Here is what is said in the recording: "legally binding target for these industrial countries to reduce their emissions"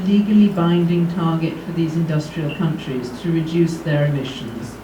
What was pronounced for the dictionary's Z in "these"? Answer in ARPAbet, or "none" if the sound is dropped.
Z